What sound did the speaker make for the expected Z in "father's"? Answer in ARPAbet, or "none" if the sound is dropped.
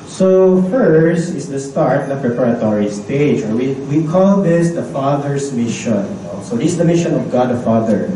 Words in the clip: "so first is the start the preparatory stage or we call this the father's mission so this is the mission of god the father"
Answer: S